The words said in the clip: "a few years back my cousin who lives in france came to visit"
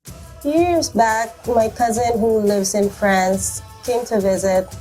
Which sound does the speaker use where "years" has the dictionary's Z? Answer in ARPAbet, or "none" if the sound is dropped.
Z